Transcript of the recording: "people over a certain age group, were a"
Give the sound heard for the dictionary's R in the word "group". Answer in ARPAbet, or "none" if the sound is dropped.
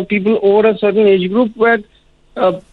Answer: R